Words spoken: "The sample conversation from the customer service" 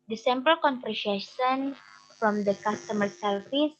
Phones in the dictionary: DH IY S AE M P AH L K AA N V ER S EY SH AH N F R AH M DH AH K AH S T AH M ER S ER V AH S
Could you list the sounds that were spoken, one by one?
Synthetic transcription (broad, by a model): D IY S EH M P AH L K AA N F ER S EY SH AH N F R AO M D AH K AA S T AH M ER S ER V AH S